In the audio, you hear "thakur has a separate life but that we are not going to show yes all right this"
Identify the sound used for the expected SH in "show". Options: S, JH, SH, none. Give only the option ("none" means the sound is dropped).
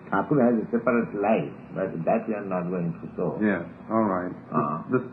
S